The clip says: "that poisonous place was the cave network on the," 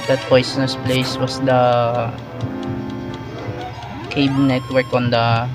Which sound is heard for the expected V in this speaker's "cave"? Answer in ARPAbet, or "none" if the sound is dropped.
B